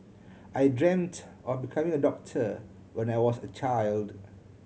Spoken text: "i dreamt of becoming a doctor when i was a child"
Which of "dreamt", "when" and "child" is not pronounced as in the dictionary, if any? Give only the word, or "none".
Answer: none